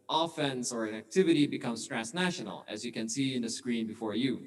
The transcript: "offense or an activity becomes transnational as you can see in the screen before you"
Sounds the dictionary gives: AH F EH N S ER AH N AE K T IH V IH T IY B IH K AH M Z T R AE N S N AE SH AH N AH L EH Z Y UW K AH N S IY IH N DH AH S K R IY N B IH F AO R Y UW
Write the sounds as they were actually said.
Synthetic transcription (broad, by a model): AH F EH N S ER AH N AE K T IH V IH T IY B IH K AH M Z T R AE S N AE SH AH N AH L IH Z Y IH K AH N S IY IH N DH AH S K R IY N B IH F AO R Y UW